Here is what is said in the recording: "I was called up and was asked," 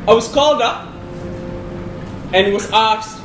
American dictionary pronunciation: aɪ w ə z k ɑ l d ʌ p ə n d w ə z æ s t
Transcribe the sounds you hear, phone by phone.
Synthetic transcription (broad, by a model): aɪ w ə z k ɑ l d ʌ p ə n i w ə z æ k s